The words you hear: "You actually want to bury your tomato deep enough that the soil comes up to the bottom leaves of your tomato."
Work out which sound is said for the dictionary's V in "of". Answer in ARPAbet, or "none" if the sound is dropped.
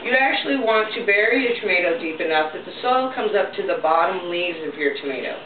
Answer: V